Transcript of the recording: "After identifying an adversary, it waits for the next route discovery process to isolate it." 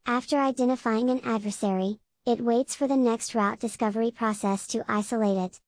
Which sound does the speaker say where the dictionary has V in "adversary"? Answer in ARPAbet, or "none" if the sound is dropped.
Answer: V